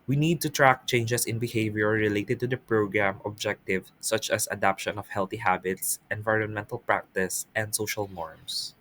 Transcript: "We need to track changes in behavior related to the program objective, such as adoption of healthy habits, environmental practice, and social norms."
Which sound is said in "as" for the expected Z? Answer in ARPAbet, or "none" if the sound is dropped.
S